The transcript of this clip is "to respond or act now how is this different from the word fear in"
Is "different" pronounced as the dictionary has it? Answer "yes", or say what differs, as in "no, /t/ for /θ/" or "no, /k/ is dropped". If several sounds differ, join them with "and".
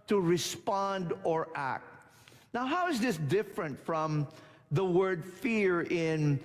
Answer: yes